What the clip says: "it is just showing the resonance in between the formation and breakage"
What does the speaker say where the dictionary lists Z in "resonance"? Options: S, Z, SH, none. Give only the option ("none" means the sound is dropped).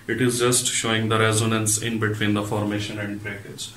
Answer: Z